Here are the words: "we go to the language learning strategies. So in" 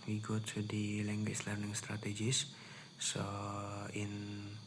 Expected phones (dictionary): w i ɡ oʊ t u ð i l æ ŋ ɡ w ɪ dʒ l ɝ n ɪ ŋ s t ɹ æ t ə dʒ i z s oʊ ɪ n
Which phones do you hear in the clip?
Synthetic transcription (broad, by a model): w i ɡ oʊ t u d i l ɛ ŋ ɡ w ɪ tʃ l ɝ n ɪ ŋ s t ɹ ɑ t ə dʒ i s s oʊ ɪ n